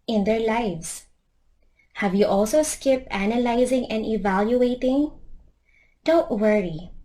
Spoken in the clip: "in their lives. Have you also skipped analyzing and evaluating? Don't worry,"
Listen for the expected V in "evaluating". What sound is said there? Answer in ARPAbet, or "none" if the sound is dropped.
V